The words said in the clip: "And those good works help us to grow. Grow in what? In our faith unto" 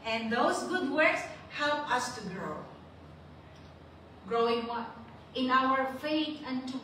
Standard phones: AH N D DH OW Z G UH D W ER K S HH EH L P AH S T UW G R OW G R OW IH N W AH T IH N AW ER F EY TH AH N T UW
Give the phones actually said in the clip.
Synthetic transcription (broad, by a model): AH N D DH OW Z G UH D W ER K S HH EH L P AH S T UW G R OW G R OW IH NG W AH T IH N AW ER F EY T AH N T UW